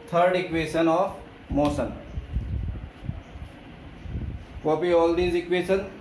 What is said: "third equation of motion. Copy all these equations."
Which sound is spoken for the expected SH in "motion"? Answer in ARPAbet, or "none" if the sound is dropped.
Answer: S